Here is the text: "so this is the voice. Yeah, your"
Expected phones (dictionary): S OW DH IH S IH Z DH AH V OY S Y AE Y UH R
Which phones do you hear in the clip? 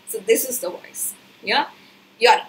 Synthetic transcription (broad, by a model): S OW DH IH S IH Z DH AH W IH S Y AE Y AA